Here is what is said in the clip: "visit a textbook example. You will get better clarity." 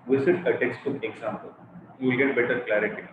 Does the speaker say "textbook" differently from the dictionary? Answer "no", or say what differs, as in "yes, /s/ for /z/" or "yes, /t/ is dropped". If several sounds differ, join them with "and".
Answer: yes, /b/ is dropped and /k/ is dropped